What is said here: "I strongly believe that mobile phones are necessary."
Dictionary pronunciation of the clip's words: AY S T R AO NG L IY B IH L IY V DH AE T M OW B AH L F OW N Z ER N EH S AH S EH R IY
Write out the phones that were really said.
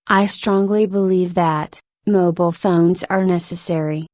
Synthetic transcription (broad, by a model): AY S T R AO NG L IY B IH L IY V DH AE T M OW B L F OW N Z ER N EH S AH S EH R IY